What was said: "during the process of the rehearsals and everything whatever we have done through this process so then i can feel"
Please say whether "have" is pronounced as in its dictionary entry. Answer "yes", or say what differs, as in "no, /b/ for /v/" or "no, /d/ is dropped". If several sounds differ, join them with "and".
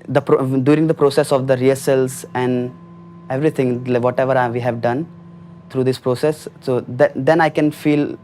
yes